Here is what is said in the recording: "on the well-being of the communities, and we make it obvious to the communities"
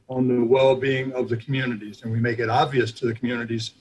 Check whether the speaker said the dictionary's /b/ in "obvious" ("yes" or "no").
yes